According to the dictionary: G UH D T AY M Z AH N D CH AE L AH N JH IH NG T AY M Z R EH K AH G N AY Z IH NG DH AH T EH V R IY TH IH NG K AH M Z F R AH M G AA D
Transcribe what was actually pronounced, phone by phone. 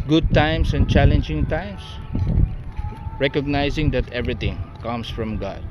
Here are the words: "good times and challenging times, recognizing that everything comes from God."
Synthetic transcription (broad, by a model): G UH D T AY M S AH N CH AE L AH N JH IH NG T AY M S R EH K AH G N AY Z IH NG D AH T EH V R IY T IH NG K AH M S F R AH M G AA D